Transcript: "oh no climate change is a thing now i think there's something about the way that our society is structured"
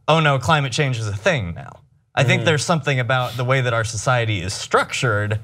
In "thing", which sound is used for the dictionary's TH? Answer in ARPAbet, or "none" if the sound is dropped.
TH